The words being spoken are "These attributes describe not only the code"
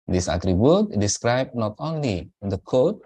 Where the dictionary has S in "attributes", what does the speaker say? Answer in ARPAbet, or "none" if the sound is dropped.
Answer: none